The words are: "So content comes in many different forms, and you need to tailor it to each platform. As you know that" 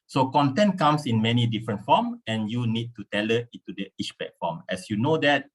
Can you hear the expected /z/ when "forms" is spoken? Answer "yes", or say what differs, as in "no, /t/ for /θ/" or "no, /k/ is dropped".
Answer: no, /z/ is dropped